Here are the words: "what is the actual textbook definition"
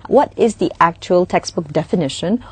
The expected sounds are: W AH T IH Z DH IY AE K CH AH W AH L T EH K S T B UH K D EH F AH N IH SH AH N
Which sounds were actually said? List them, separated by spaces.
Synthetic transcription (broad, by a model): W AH T IH Z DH IY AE K CH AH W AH L T EH K S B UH K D EH F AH N IH SH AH N